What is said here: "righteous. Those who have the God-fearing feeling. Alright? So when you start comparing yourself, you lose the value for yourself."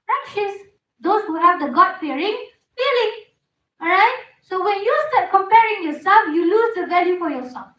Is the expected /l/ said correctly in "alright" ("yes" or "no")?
no